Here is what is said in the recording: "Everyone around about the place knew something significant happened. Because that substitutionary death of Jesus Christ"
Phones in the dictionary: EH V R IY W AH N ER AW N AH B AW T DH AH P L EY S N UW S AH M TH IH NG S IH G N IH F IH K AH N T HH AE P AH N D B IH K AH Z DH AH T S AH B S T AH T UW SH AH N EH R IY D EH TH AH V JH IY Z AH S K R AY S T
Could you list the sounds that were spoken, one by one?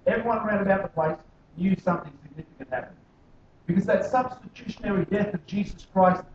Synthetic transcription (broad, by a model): EH V R IY W AH N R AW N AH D AW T DH AH P L EY S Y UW S AH M TH IH NG S IH G N IH F IH K AH N T HH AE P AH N B IH K AH Z DH AH T S AH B S T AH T UW SH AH N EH R IY D EH TH AH V JH IY Z AH S K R AY S T